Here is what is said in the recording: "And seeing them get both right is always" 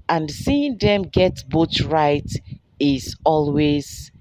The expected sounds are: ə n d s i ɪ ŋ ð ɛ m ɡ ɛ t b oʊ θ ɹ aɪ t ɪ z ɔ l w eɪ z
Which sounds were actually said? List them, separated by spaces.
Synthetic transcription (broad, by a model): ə n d s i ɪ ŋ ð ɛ m ɡ ɛ t b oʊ t ɹ aɪ t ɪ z ɔ l w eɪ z